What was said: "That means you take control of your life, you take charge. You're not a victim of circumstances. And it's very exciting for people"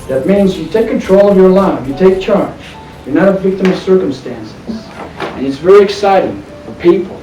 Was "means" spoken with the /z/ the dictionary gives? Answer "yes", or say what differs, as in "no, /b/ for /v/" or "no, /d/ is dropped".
yes